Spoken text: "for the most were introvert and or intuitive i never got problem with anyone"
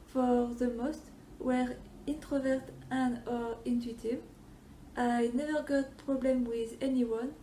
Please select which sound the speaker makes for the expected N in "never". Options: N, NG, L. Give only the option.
N